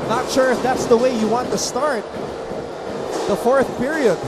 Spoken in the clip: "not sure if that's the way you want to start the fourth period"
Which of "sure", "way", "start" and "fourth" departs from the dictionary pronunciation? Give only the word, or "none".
none